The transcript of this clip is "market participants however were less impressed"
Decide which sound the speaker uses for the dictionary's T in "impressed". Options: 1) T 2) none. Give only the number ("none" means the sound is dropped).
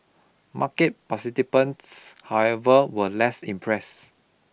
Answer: 2